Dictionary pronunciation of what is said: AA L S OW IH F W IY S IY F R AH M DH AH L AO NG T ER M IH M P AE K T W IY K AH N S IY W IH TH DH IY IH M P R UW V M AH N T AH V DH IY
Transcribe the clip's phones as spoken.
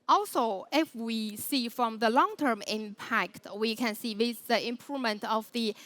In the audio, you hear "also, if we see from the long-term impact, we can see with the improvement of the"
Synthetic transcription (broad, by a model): AA L S OW IH F W IY S IY F R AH M DH AH L AO NG T ER M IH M P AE K T W IY K AH N S IY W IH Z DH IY IH M P R UW V M AH N T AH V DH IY